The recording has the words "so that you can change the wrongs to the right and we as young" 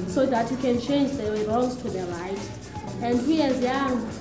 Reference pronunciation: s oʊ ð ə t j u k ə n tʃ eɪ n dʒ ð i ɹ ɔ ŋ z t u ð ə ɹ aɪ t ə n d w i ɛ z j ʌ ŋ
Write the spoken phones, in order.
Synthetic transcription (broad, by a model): s oʊ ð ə t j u k ə n tʃ eɪ n dʒ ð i l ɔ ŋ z t u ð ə ɹ aɪ t ə n d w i ɛ z j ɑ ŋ